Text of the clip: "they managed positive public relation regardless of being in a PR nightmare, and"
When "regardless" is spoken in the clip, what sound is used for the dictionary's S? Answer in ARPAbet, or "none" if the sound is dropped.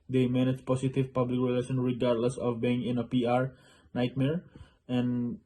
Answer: S